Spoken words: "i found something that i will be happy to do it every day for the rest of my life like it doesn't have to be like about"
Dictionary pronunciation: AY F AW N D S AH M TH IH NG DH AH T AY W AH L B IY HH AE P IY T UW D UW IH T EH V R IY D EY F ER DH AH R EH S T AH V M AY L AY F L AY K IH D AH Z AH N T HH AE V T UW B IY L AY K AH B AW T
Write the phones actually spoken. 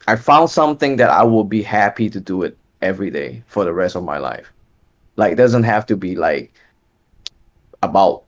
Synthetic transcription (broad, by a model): AY F AW N D S AH M TH IH NG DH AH T AY W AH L B IY HH AE P IY T UW D UW IH T EH V R IY D EY F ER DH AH R EH S T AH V M AY L AY F L AY K D AH Z AH N T HH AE F T UW B IY L AY K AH B AW T